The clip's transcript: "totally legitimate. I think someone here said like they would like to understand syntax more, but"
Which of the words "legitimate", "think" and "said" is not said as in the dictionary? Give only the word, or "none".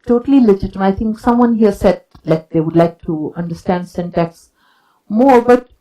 think